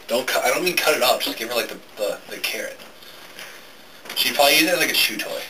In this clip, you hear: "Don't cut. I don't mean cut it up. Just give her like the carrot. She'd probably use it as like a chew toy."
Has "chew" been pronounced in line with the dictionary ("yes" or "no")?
no